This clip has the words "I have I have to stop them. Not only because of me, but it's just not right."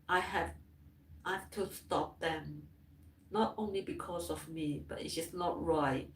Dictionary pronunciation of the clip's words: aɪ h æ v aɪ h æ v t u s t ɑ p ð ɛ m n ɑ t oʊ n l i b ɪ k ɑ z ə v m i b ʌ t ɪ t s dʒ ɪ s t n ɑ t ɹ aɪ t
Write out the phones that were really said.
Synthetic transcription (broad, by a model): aɪ h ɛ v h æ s t u s t ɑ p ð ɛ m n ɑ t oʊ n l i b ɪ k ɑ s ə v m i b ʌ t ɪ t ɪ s n ɑ t ɹ aɪ t